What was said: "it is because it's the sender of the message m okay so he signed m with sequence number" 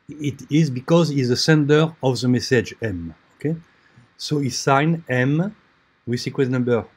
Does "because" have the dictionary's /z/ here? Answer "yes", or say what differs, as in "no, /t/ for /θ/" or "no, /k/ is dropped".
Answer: yes